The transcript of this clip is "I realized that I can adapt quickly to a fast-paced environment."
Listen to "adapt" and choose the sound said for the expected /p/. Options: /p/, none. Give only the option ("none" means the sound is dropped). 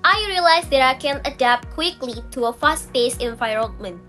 /p/